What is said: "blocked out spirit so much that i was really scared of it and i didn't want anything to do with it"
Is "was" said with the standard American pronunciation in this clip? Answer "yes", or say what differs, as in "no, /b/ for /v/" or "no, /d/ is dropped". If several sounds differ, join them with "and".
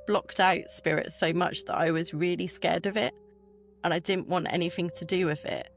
yes